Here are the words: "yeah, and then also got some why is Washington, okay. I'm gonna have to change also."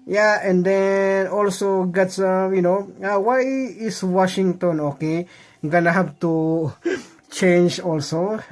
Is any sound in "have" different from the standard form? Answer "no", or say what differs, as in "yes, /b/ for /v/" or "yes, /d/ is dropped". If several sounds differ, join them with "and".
yes, /b/ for /v/